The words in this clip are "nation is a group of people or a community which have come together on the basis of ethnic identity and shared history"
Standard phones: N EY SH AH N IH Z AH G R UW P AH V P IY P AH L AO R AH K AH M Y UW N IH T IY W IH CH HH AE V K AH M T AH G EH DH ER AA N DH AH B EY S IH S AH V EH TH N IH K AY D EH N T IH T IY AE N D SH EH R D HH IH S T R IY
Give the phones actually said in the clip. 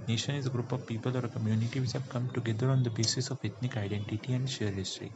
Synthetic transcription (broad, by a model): N EY SH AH N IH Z AH G R UW P AH V P IY P AH L AO R AH K AH M Y UW N IH T IY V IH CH HH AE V K AH M T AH G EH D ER AA N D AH B EY S IH S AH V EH T N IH K AY D EH N T IH T IY AE N D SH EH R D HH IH S T R IY